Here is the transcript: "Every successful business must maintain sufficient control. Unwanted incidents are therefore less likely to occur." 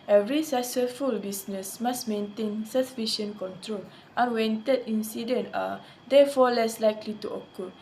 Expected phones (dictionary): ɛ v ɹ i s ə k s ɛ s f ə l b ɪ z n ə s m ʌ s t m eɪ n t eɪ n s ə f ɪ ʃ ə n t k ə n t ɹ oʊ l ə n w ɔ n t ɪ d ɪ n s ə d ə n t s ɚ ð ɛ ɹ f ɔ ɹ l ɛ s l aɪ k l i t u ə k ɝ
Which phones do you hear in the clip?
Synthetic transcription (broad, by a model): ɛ v ɹ i s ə s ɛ f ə l b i s n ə s m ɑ s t m eɪ n t eɪ n s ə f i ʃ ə n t k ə n t ɹ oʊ l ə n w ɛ n t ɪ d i n s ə d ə n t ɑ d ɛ f ɔ l ɛ s l aɪ k l i t u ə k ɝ